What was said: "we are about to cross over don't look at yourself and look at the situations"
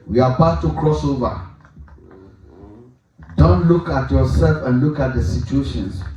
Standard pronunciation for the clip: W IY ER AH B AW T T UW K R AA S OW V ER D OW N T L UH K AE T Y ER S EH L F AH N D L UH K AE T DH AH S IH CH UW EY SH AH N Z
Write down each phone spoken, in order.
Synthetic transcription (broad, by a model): W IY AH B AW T T UW K R AA S OW V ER D OW N T L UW K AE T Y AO S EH L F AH N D L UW K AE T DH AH S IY CH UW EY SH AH N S